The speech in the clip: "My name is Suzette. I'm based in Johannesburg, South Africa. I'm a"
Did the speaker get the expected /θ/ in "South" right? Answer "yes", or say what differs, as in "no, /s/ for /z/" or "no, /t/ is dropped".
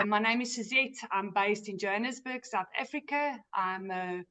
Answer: yes